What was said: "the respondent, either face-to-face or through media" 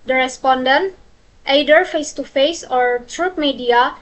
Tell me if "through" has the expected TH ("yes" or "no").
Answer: no